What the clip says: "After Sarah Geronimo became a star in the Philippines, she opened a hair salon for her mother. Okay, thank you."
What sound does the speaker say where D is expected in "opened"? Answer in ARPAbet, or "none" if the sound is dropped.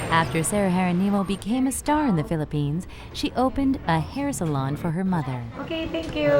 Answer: D